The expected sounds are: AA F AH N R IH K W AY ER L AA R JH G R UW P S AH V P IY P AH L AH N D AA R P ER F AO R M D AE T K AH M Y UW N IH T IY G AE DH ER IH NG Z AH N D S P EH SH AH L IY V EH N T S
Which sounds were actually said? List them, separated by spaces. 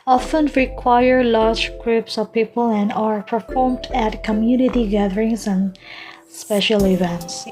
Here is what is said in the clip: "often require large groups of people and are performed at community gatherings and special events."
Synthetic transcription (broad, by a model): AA F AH N R IH K W AY ER L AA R JH G R UW P S AH V P IY P AH L AH N D AA R P ER F AO R M D AE T K AH M Y UW N IH T IY G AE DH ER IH NG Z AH N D S P EH SH AH L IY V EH N T S